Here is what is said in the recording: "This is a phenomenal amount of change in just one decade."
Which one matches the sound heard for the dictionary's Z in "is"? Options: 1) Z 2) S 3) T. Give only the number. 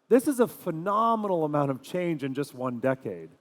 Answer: 1